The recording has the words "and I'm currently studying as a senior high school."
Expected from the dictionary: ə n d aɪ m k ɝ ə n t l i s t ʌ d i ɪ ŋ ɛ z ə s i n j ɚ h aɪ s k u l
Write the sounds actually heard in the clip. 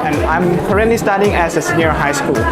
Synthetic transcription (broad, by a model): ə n aɪ m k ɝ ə t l i s t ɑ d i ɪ ŋ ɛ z ə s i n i h aɪ s k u l